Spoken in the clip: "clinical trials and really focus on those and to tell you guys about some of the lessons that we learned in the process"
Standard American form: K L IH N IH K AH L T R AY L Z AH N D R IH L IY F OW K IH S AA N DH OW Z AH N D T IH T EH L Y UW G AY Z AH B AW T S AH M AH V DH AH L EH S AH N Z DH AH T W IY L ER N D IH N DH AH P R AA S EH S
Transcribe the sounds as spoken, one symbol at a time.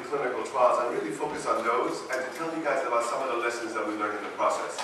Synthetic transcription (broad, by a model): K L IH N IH K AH L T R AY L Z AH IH R IH L IY F OW K IH S N DH OW Z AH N T IH T EH L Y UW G AY Z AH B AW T S AH M AH V DH AH L EH S AH N Z DH AH T W IY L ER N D IH N DH AH P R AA S EH S